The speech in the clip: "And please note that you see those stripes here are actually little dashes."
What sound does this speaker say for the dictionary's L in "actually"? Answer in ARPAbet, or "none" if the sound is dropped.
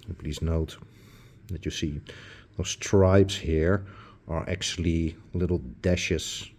L